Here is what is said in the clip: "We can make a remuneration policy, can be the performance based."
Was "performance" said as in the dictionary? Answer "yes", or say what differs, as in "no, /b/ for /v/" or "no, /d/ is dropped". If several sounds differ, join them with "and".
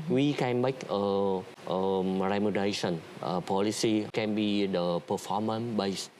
no, /s/ is dropped